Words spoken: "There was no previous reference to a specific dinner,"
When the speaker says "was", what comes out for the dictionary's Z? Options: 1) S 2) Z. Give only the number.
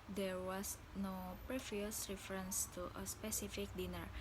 1